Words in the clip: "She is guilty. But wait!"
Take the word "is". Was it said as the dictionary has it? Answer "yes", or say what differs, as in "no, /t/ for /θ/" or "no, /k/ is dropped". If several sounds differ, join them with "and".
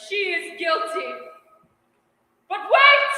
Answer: yes